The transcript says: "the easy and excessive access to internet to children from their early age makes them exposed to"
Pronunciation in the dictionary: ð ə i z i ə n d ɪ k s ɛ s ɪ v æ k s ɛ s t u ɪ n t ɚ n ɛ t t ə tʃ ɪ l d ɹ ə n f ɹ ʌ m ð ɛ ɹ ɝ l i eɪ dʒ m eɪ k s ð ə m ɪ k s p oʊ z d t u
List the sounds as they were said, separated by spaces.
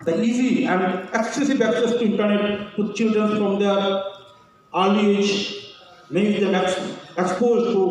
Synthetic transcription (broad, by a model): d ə i z i ə n d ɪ k s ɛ s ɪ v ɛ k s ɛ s t u ɪ n t ɚ n ɛ t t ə tʃ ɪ l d ɹ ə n f ɹ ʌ m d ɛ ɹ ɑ i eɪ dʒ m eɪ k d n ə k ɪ k s p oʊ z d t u